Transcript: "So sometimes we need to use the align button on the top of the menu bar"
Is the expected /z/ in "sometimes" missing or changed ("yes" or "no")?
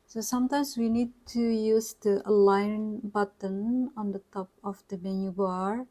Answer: yes